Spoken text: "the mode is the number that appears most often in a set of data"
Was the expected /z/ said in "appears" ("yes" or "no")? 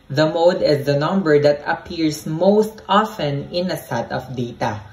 no